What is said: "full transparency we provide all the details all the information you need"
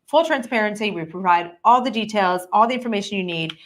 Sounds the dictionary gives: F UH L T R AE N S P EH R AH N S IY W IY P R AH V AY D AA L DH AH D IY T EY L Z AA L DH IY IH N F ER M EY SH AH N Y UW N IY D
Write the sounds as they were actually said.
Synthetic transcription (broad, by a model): F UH L T R AE N S P EH R AH N S IY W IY P R AH V AY D AA L DH AH D IY T EY L Z AA L DH IY IH N F ER M EY SH AH N Y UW N IY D